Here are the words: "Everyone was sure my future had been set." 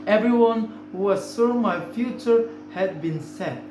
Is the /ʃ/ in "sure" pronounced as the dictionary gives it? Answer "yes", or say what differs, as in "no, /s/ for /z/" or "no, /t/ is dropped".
no, /s/ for /ʃ/